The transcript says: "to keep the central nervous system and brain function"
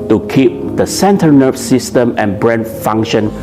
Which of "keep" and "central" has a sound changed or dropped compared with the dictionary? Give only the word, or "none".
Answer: central